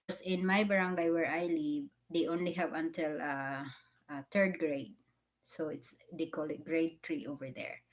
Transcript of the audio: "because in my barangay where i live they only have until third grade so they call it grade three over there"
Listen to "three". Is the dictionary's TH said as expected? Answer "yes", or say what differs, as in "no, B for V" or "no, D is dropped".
no, T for TH